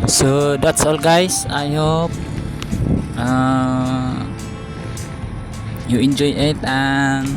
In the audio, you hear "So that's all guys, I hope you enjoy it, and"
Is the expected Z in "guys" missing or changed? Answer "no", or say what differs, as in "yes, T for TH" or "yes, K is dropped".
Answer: yes, S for Z